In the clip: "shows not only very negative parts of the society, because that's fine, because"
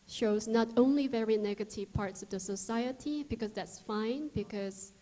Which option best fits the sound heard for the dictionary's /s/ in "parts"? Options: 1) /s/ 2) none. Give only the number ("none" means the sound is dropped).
1